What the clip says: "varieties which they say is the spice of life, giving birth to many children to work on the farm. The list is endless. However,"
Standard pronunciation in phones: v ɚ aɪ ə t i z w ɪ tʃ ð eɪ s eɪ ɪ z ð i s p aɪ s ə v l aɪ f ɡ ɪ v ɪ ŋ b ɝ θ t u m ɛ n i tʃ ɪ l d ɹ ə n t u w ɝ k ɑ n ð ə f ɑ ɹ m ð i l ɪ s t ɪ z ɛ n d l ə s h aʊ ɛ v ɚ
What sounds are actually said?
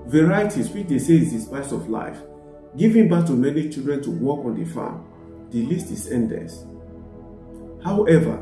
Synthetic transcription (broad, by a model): v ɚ aɪ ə t i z w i tʃ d eɪ s eɪ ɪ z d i s p aɪ s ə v l aɪ f ɡ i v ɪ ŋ b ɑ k t u m ɛ n i tʃ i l d ɹ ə n t u w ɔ k ɑ n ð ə f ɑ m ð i l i s t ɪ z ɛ n d ə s h aʊ ɛ v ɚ